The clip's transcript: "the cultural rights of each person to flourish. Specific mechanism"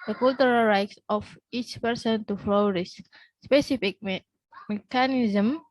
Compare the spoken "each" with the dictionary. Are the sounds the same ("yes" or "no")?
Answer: yes